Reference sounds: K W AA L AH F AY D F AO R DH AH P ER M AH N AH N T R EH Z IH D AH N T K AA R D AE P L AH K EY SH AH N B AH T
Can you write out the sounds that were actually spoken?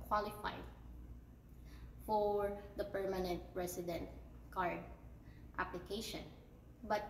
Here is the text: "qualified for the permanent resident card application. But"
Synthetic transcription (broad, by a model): K W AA L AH F AY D F AO R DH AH P ER M AH N AH N T R EH S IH D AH N T K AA R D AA P L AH K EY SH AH N B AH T